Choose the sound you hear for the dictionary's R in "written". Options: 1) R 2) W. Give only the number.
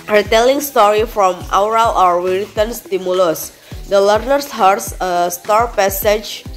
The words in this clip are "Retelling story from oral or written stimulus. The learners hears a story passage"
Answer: 2